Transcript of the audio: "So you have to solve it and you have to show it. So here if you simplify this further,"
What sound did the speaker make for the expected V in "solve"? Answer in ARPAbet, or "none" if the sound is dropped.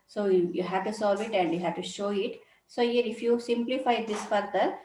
V